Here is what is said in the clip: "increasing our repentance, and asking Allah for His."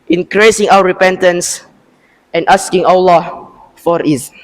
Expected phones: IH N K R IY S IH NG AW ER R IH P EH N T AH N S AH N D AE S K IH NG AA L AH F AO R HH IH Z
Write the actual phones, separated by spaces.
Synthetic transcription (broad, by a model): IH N K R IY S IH NG AW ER R IH P EH N T AH N S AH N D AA S K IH NG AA L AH F AO R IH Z